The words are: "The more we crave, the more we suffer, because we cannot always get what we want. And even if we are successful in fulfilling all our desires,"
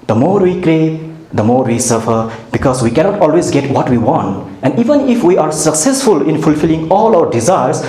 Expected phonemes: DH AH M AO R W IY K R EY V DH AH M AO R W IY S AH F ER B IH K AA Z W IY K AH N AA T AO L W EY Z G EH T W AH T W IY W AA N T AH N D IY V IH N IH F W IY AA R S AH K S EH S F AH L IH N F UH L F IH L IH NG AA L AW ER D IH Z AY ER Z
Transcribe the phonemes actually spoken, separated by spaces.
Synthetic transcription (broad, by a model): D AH M AO R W IY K R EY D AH M AO R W IY S AH F ER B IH K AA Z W IY K AH N AA T AO L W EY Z G EH T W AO T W IY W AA N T AH N D IY V IH N IH F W IY AA R S AH K S EH S F AH L IH N F UH L F IH L IH NG AA L AW ER D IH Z AY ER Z